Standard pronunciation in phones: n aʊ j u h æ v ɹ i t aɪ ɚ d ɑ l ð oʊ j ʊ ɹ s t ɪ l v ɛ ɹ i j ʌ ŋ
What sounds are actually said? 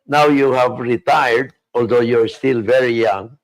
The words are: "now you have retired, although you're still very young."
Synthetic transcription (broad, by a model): n aʊ j u h æ v ɹ i t aɪ ɚ d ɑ l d oʊ j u ɹ s t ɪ l v ɛ ɹ i j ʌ ŋ